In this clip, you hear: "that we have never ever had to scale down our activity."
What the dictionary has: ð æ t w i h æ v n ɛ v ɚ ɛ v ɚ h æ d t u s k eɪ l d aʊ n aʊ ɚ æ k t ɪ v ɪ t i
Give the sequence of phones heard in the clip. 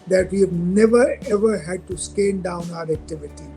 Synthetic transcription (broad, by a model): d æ t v i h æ v n ɛ v ɚ ɛ v ɚ h æ d t u s k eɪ n d aʊ n aʊ ɚ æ k t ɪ v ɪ t i